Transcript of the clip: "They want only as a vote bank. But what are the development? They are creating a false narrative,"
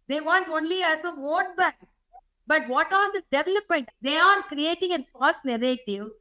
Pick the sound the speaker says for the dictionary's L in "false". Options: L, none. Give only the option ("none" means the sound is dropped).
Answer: none